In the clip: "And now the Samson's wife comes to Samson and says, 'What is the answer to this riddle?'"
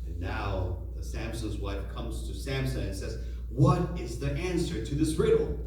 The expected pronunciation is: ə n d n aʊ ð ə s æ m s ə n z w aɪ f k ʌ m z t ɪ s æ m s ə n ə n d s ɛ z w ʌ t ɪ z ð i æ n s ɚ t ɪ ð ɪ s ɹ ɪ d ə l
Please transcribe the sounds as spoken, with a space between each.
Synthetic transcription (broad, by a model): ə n n aʊ ð ə s æ m s ə n z w aɪ f k ʌ m z t ɪ s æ m s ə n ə n s ɛ z w ʌ t ɪ z ð i æ n s ɚ t ɪ ð ɪ s ɹ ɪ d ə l